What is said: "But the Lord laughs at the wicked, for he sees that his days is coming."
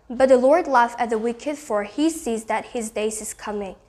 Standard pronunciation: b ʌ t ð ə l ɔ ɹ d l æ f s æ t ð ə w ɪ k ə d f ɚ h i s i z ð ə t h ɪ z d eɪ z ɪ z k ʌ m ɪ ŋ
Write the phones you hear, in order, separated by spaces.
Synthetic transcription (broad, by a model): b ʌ t ð ə l ɔ ɹ d l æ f æ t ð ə w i k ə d f ɚ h i s i z ð ə t h ɪ z d eɪ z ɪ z k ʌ m ɪ ŋ